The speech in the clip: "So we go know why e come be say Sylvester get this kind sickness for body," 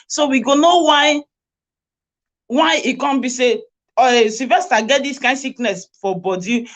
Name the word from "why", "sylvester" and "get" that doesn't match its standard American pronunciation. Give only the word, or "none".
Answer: sylvester